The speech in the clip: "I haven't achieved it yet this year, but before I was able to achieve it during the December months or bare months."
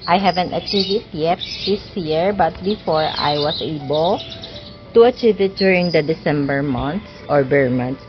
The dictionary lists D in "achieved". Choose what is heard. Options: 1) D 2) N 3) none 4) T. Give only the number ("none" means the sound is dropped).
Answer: 3